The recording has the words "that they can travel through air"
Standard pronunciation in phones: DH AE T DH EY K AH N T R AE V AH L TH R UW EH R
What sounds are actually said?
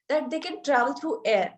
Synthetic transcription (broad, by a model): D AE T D EY K AH N T R AE V AH L T R UW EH R